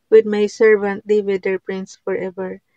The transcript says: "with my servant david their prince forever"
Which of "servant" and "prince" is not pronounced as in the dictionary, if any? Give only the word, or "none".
none